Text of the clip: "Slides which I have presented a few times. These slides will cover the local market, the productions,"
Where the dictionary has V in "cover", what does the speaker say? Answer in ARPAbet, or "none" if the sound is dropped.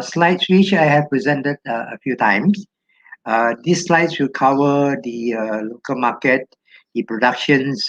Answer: W